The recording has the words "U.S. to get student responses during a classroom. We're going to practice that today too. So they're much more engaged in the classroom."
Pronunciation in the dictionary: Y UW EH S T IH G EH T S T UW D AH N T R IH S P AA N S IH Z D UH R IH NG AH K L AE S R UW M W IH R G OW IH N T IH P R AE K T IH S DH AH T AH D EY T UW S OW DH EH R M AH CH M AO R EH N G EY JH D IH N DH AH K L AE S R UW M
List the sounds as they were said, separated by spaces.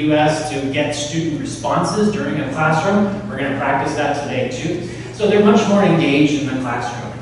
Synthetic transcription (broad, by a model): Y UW EH S T IH G EH T S T UW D N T R IH S P AA N S IH Z D UH R IH NG AH K L AE S R UW M W IH R G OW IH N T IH P R AE K T IH S DH AH T AH D EY T UW S OW DH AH R M AH CH M AO R EH N G EY JH D IH N DH AH K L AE S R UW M